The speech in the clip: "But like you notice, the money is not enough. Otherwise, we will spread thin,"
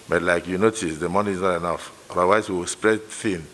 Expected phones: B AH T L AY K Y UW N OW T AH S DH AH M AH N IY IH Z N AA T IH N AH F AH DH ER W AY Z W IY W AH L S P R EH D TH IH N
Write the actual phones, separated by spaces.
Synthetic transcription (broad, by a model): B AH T L AY K Y UW N OW T AH S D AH M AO N IY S N AA T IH N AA F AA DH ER W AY S W IY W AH S P R EH D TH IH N